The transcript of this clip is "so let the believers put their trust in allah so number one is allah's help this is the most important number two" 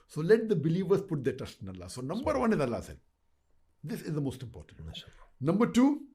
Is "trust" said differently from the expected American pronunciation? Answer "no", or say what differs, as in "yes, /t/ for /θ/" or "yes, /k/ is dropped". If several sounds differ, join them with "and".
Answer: yes, /ɹ/ is dropped